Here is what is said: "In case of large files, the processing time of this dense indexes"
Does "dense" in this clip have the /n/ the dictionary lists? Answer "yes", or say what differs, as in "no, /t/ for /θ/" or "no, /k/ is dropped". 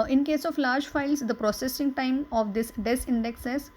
no, /n/ is dropped